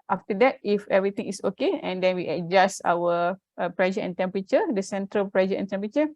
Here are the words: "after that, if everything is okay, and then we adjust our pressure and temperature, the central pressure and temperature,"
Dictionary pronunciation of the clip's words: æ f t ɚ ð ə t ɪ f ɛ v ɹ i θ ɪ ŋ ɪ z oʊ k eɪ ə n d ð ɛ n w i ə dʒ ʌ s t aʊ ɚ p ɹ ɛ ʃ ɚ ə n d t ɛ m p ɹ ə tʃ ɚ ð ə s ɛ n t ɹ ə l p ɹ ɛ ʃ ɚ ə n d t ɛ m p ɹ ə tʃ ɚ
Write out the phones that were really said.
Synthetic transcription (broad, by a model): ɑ f t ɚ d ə t ɪ f ɛ v ɹ i t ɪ ŋ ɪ s oʊ k eɪ ə n d ɛ n w i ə dʒ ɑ s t aʊ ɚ p ɹ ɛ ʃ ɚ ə n t ɛ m p ɹ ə tʃ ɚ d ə s ɛ n t ɹ ə l p ɹ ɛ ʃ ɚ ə n t ɛ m p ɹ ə tʃ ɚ